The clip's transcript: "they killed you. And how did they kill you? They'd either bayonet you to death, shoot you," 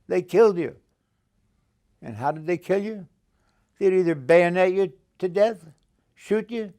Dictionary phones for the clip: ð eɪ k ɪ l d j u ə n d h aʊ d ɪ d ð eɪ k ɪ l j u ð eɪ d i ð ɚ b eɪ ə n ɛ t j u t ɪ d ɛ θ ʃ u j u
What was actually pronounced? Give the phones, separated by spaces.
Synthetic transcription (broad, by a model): ð eɪ k ɪ l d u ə n h aʊ d ɪ d ð eɪ k ɪ l j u ð eɪ d i ð ɚ b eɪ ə n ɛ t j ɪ t ɪ d ɛ θ ʃ u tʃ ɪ